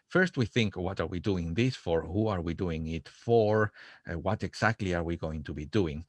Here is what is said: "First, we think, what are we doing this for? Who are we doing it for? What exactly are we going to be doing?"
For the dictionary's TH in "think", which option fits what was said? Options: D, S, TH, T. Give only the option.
TH